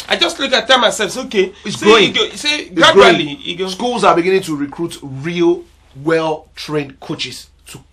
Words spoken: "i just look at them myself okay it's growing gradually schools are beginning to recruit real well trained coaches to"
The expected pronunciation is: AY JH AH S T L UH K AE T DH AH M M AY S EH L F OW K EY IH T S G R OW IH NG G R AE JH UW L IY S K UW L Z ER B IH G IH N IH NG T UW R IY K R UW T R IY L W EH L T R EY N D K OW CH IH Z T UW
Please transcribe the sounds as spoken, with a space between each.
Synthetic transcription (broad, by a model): AY JH AH S T L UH K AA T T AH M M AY S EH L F OW K EY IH S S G OW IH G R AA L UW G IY S K UW L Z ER B IH G IH N IH NG T UW R IY K R UW T R IY L W EH L T R EY N D K OW CH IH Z T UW